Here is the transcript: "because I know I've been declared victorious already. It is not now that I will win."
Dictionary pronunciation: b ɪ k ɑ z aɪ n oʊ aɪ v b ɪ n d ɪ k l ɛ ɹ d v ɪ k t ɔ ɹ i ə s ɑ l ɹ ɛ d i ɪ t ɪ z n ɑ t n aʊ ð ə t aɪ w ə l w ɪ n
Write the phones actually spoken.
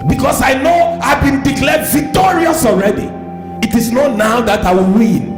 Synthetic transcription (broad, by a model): b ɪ k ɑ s aɪ n oʊ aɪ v b ɪ n d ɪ k l ɛ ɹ d v ɪ k t ɔ ɹ i ə s ɑ l ɹ ɛ d i ɪ t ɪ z n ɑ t n aʊ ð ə t aɪ w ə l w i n